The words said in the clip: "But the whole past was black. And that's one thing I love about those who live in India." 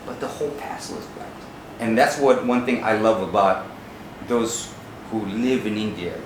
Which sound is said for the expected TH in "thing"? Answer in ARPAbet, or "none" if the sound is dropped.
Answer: TH